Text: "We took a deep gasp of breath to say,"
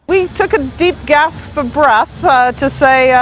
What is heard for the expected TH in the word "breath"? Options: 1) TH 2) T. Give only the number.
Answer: 1